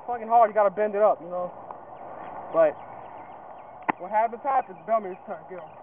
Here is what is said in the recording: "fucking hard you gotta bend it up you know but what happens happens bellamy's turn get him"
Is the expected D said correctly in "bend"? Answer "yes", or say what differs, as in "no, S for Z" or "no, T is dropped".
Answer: yes